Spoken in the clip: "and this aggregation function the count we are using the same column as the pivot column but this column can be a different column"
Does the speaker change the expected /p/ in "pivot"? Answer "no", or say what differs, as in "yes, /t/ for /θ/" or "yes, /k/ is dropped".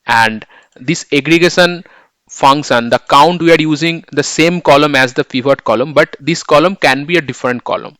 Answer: yes, /f/ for /p/